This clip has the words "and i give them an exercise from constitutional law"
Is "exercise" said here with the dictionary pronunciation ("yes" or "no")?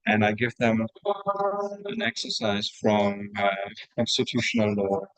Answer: yes